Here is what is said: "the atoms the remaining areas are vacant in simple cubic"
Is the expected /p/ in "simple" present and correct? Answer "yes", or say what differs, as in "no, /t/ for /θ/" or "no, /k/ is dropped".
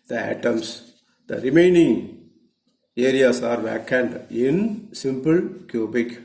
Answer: yes